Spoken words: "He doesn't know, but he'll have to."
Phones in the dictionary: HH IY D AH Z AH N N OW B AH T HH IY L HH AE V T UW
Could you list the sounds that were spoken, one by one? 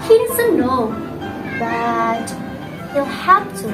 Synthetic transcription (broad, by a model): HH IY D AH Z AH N N OW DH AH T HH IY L HH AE F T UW